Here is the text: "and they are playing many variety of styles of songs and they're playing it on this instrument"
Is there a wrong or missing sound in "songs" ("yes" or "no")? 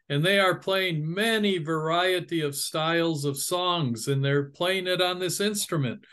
no